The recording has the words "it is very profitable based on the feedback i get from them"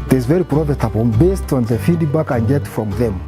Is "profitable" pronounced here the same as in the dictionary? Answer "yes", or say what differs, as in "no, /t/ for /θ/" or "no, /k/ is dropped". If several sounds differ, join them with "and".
no, /n/ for /l/